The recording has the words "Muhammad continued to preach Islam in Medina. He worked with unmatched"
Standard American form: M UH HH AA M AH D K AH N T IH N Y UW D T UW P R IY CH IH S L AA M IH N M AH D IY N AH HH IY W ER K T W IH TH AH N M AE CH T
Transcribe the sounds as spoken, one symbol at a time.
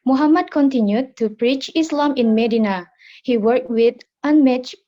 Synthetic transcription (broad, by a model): M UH HH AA M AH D K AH N T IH N Y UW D T UW P R IY CH IH S L AA M IH N M AH D IY N AH HH IY W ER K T W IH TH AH N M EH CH